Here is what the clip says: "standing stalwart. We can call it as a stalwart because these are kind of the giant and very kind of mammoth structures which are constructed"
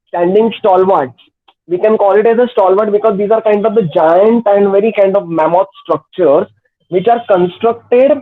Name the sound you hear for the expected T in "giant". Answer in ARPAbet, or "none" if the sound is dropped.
T